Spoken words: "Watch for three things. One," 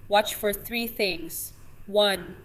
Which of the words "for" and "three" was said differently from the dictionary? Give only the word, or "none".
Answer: none